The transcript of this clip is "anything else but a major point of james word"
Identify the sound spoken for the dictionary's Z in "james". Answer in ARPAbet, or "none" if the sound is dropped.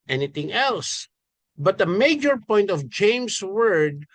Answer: S